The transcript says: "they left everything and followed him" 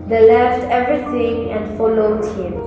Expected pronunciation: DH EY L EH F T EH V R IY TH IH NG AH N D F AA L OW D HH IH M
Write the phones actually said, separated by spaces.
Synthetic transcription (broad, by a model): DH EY L EH F T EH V R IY T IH NG AH N D F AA L OW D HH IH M